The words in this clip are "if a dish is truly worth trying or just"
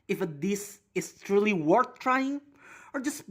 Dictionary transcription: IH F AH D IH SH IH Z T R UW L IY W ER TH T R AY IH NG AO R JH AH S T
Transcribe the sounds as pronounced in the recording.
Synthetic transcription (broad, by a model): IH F AH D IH S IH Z T R UW L IY W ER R T R AY IH NG AO R JH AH S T